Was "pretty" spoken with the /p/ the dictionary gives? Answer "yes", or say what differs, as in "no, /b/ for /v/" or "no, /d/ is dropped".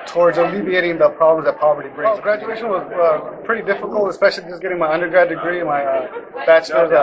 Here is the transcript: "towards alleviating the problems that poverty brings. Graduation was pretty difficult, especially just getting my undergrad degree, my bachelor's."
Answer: yes